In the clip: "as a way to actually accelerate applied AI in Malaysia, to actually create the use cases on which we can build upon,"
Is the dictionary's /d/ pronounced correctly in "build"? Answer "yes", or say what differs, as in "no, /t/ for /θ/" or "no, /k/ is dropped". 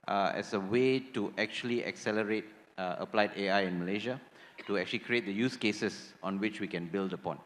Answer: yes